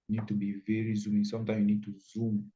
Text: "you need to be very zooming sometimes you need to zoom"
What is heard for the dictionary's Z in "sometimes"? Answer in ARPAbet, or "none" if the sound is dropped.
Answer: none